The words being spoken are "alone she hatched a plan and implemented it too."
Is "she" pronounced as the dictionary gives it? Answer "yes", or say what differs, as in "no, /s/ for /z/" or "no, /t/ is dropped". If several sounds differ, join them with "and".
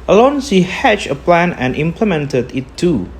no, /s/ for /ʃ/